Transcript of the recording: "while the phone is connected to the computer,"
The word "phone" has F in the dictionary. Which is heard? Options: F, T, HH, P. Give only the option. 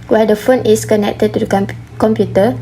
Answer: F